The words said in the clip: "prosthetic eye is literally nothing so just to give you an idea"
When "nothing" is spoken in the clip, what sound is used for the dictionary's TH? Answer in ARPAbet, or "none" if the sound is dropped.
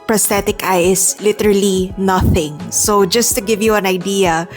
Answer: TH